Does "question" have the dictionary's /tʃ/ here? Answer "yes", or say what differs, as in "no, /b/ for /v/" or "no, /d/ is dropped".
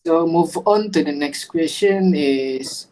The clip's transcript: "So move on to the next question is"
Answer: no, /ʃ/ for /tʃ/